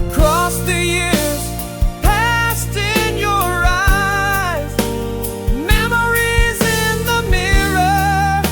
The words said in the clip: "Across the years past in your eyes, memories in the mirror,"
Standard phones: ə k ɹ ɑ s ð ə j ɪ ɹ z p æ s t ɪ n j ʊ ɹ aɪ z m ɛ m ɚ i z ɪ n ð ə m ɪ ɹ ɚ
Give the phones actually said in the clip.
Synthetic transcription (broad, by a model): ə k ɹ ɑ s ð ə j ɪ ɹ z p æ s t ɪ n j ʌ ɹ aɪ z m ɛ m ɚ i z ɪ n ð ə m ɪ ɹ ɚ